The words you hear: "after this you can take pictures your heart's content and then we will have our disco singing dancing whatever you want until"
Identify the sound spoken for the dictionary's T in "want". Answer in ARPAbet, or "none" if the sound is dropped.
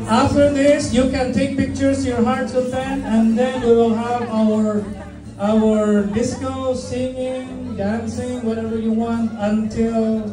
T